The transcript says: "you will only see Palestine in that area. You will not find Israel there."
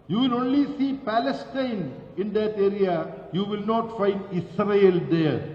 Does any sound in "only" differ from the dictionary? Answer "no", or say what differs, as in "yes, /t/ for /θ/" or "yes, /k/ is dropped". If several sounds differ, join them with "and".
no